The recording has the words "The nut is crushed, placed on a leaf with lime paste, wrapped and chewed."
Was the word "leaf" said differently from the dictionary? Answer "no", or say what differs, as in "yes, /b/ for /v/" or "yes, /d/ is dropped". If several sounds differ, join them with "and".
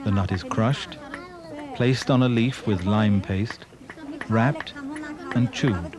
no